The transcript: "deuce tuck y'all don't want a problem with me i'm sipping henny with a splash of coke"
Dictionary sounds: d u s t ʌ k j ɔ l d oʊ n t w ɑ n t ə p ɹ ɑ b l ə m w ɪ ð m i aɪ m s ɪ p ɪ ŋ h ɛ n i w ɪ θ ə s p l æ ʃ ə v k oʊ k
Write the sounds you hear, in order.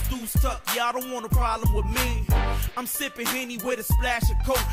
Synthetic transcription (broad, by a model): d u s t ʌ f j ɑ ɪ d oʊ n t w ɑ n ə p ɹ ɑ b l ə m w ɪ ð m i aɪ m s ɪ p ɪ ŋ h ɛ n i w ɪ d ə s p l æ ʃ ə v k oʊ